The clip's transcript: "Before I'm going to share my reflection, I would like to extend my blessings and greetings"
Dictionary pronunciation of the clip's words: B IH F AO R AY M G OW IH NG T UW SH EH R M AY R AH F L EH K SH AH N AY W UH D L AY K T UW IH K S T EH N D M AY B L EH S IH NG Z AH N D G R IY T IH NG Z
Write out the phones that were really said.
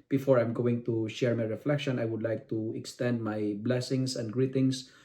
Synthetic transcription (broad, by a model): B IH F AO R AY M G OW IH NG T UW SH EH R M AY R AH F L EH K SH AH N AY W UH D L AY K T UW IH K S T EH N D M AY B L EH S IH NG S AH N D G R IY T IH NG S